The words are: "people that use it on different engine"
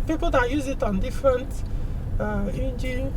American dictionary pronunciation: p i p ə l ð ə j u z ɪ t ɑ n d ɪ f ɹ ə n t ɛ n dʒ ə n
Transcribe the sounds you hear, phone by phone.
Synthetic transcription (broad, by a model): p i p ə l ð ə j u z ɪ t ɑ n d ɪ f ɹ ə n t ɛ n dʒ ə